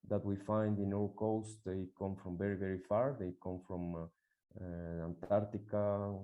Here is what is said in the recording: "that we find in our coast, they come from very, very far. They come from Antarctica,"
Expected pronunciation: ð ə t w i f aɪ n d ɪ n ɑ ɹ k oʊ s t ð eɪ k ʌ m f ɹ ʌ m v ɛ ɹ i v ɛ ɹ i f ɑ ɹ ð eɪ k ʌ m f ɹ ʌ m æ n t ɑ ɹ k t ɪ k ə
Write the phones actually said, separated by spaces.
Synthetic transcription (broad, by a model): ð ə t w i f aɪ n d ɪ n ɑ w k oʊ s t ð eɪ k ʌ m f ɹ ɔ m v ɛ ɹ i v ɛ ɹ i f ɑ ɹ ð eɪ k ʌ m f ɹ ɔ m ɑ n t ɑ ɹ t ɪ k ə